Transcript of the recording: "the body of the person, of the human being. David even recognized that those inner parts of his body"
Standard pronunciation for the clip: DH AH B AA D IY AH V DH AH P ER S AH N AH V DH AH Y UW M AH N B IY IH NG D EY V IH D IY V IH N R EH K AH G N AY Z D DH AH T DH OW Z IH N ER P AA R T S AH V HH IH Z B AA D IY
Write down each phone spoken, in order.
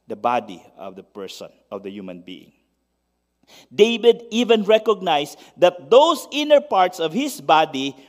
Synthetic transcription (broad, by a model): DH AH B AA D IY AH V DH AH P ER S AH N AH V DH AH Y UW M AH N B IY IH NG D EY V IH D IY V IH N R EH K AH G N AY S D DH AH T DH OW S IH N ER P AA R T S AH V HH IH S B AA D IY